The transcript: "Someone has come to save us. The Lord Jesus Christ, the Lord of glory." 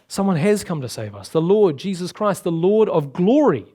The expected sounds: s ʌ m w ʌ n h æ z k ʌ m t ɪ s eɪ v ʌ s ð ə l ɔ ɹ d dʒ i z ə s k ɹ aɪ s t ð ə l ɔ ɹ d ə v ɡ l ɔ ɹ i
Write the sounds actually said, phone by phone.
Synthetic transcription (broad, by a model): s ʌ m w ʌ n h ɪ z k ʌ m t ɪ s eɪ v ʌ s ð ə l ɔ ɹ d dʒ i z ə s k ɹ aɪ s t ð ə l ɔ ɹ d ə v ɡ l ɔ ɹ i